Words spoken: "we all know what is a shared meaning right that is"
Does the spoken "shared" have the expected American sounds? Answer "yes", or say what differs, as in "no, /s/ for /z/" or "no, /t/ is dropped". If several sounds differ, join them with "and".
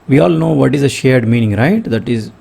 yes